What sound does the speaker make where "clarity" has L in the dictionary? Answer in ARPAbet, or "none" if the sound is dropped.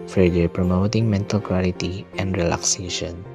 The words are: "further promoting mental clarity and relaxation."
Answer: W